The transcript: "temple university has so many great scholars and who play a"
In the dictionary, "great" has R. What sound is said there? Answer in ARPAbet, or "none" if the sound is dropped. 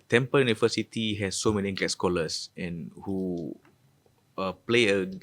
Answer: L